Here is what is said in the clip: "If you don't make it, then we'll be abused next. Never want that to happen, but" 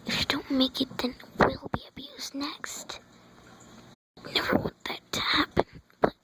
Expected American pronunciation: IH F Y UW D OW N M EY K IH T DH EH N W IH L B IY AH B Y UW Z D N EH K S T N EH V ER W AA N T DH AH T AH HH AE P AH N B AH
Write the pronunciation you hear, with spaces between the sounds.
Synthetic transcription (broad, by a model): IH F Y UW D OW N M EY K IH T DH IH N W IH L B IY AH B Y UW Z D N EH K S T N EH V ER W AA T DH AH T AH HH AE P AH N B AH